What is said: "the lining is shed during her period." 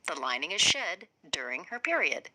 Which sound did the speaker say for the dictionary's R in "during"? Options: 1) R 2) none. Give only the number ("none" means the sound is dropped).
1